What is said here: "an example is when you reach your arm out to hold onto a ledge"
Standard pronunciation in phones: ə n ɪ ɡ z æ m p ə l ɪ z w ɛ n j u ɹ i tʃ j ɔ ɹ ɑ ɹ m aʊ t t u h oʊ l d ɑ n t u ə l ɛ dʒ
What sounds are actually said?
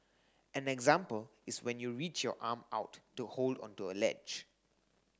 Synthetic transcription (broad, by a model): ə n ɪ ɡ z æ m p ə l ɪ s w ɛ n j u ɹ i tʃ j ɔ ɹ ɑ m aʊ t t u h oʊ l d ɑ n t u ə l ɛ dʒ